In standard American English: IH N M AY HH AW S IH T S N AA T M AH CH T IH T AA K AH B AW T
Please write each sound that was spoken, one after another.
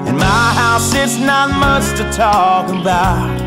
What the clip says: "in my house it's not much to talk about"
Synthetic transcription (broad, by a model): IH N M AY HH AW S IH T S N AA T M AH S T IH T AA K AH B AW T